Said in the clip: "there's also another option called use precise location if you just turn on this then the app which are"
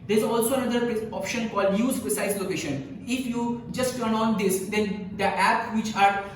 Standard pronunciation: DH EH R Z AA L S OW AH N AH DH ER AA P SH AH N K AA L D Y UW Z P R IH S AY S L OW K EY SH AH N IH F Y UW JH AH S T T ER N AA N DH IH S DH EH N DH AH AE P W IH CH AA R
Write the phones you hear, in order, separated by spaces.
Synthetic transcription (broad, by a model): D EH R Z AA L S OW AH N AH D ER AA P SH AH N K AA L D Y UW Z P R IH S AY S L OW K EY SH AH N IH F Y UW JH AH S T T ER N AA N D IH S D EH N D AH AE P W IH CH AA R